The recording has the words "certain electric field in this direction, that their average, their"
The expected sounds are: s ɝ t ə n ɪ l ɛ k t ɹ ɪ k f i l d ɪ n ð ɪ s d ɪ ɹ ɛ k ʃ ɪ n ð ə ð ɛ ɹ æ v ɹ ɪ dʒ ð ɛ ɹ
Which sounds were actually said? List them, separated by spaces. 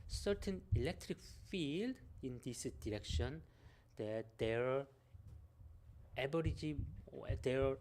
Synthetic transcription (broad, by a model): s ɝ t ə n ɪ l ɛ k t ɹ ɪ k f i l d ɪ n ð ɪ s d ɪ ɹ ɛ k ʃ ɪ n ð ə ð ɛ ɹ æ b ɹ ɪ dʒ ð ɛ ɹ